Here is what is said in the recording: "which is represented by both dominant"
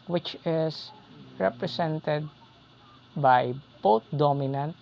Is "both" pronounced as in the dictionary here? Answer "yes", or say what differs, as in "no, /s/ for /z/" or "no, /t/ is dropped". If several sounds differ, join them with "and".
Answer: no, /t/ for /θ/